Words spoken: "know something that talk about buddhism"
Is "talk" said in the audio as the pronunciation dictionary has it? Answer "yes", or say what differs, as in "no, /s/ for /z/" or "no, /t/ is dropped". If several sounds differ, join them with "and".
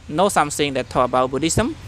no, /k/ is dropped